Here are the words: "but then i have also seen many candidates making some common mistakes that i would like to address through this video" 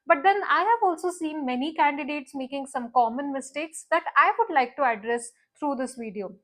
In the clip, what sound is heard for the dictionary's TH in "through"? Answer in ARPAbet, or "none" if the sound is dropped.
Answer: T